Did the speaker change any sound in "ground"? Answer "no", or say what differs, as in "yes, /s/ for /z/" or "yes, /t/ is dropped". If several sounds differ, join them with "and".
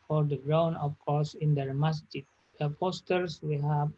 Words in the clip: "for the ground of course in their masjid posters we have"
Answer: yes, /d/ is dropped